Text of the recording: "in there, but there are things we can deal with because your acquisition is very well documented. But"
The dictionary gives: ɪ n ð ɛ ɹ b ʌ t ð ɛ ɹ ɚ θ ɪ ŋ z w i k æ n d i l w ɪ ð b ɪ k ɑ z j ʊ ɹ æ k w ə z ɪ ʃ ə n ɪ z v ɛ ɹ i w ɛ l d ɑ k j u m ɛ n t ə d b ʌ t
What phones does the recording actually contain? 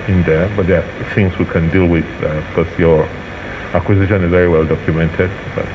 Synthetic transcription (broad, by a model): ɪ n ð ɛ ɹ b ʌ t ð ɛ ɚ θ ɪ ŋ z w i k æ n d i l w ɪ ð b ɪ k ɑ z j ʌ ɹ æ k w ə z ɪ ʃ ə n ɪ z v ɛ ɹ i w ɛ l d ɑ k j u m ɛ n t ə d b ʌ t